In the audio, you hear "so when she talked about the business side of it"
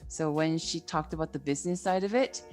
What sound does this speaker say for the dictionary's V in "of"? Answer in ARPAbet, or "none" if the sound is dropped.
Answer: V